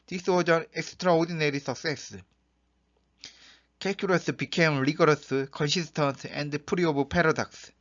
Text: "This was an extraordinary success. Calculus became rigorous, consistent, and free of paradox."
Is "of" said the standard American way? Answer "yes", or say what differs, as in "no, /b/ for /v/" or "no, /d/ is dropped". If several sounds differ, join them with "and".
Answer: no, /b/ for /v/